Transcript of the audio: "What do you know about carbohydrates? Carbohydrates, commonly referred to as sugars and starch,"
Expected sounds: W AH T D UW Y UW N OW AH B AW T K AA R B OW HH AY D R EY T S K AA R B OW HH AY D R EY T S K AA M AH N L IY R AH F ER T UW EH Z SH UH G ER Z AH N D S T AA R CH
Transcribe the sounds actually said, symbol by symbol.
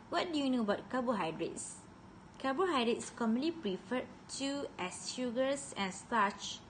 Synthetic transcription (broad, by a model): W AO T D UW Y UW N OW AH B AW T K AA B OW HH AY D R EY T S K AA B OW HH AY D R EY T S K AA M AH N L IY R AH F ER T UW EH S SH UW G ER S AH N S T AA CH